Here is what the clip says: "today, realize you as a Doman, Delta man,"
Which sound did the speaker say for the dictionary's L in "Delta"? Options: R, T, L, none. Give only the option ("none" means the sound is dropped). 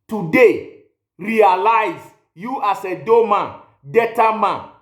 none